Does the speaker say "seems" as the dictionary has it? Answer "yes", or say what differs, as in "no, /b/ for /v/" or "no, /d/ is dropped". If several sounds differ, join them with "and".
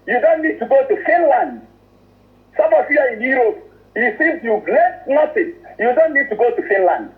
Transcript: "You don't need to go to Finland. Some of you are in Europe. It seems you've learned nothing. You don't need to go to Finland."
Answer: no, /m/ is dropped